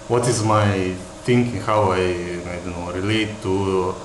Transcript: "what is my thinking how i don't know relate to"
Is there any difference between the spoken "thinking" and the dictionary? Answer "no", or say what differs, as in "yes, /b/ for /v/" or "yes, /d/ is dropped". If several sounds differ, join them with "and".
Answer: yes, /t/ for /θ/